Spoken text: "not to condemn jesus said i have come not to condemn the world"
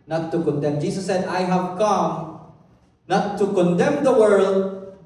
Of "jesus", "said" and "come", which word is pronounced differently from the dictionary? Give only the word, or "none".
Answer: jesus